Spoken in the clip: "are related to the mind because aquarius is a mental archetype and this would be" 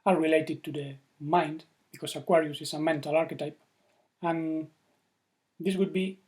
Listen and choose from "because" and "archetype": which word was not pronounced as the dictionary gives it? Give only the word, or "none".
because